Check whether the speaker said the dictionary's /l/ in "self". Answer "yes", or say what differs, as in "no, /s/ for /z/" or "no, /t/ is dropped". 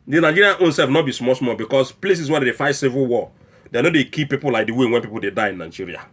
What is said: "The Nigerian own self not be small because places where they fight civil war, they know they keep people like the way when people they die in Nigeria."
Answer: no, /l/ is dropped